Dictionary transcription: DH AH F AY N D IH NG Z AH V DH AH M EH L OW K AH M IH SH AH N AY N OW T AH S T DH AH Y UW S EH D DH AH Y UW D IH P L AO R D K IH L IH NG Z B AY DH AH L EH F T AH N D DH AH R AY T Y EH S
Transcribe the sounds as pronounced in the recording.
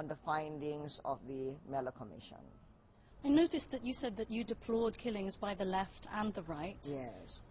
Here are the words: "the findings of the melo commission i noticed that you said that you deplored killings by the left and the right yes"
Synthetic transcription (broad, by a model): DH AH F AY N D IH NG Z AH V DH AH M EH L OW K AH M IH SH AH N AY N OW T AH S DH AH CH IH S EH D DH AH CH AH D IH P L AO D K IH L IH NG Z B AY DH AH L EH F T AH N DH AH R AY T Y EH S